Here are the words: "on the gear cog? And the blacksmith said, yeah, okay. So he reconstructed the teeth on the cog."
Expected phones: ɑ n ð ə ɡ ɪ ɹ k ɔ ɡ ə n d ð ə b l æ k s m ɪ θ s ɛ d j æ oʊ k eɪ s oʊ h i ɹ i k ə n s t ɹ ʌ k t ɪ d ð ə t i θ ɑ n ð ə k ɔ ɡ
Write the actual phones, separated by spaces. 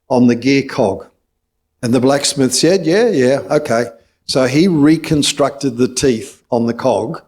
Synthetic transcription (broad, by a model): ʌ n ð ə ɡ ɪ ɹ k ɔ ɡ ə n ð ə b l æ k s m ɪ θ s ɛ d j æ oʊ k eɪ s oʊ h i ɹ i k ə n s t ɹ ʌ k t ɪ d ð ə t i θ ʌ n ð ə k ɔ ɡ